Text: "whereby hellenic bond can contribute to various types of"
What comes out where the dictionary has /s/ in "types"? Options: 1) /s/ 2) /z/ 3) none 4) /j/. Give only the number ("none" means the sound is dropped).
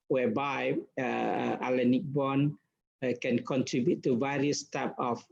3